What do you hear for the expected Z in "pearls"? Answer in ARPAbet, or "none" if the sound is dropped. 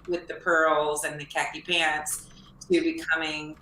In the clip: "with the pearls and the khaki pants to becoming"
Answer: Z